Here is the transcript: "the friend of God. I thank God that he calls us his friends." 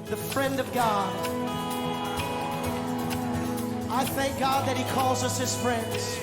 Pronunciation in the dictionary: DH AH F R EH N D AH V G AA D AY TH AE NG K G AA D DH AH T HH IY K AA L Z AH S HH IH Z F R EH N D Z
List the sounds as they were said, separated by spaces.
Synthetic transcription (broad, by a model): DH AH F R EH N D AH V G AA D AY TH AE NG K G AA D DH AH T HH IY K AA L Z AH S HH IH Z F R EH N D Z